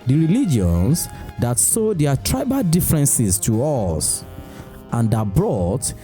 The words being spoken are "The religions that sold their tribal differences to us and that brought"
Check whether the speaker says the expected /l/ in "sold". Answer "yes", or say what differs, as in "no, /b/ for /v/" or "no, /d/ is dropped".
no, /l/ is dropped